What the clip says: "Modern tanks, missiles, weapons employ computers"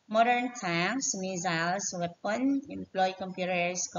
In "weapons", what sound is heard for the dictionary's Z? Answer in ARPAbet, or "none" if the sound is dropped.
none